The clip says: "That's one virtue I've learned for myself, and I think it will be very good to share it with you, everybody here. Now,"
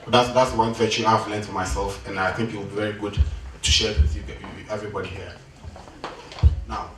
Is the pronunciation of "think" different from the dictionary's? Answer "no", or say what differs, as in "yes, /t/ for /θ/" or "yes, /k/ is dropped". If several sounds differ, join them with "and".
no